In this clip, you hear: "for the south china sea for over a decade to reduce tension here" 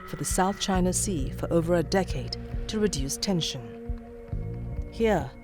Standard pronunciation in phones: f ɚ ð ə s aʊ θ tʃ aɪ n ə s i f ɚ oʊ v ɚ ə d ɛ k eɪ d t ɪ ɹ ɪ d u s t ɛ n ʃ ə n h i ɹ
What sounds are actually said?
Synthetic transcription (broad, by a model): f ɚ ð ə s aʊ θ tʃ aɪ n ə s i f ɚ oʊ v ɚ ə d ɛ k eɪ d t ɪ ɹ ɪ d u s t ɛ n ʃ ə n h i ɹ